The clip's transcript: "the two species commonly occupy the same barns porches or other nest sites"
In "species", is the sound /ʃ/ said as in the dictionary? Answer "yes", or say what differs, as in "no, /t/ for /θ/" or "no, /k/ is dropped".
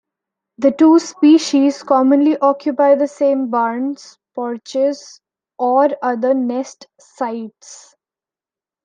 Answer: yes